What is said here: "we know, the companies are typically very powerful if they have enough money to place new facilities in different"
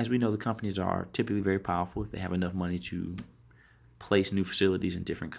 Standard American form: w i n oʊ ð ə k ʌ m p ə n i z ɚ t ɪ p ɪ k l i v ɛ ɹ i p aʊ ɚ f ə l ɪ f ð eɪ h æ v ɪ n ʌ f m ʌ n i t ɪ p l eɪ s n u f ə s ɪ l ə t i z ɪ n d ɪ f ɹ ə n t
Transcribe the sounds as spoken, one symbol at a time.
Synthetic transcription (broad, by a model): w i n oʊ ð ə k ʌ m p ə n i z ɚ t ɪ p ɪ k l i v ɛ ɹ i p aʊ ɚ f l ɪ f ð eɪ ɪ v ɪ n ʌ f m ʌ n i t ɪ p l eɪ s n u f ə s ɪ l ə t i z ɪ n d ɪ f ɹ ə n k